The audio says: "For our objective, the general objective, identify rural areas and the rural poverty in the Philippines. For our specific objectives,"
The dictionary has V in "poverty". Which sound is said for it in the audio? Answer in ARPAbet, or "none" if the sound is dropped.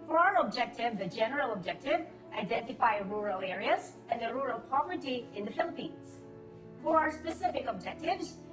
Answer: V